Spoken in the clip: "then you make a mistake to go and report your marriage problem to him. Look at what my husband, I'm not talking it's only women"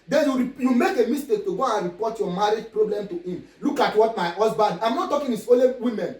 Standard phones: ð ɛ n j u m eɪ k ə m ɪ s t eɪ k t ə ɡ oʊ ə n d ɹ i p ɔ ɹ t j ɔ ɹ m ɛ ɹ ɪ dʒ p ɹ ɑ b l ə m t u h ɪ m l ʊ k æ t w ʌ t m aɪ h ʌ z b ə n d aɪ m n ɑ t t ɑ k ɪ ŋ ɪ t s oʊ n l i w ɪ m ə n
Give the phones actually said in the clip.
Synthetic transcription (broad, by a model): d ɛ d j u m eɪ k ə m ɪ s t eɪ k t ə ɡ oʊ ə n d ɹ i p ɔ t j ɔ m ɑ ɹ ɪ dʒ p ɹ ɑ b l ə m t u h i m l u k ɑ t w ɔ t m aɪ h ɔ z b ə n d aɪ m n ɑ t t ɑ k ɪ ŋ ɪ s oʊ l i w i m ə n